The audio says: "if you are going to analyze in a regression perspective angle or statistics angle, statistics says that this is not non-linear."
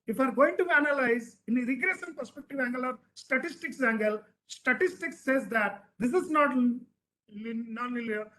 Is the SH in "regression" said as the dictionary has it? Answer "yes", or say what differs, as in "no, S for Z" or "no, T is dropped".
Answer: no, S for SH